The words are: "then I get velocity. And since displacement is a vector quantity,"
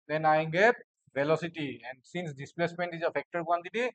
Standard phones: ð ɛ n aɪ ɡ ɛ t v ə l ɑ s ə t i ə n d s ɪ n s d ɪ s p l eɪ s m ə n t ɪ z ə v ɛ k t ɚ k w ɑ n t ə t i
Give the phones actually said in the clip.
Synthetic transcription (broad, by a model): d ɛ n aɪ ɡ ɛ t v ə l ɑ s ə t i ə n d s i n s d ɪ s p l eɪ s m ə n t ɪ z ə f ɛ k t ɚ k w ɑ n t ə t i